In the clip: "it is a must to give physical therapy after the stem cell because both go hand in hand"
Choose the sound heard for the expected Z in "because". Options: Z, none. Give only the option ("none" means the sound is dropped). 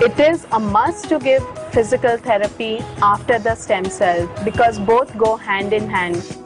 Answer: Z